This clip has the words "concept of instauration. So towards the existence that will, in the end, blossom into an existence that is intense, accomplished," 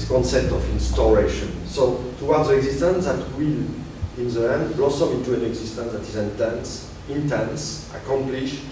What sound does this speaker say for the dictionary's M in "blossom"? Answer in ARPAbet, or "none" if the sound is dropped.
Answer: none